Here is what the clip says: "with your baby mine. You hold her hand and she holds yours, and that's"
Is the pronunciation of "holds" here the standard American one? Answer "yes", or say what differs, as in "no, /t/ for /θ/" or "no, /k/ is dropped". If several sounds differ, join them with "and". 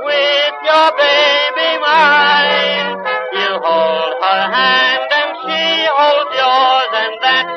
no, /z/ is dropped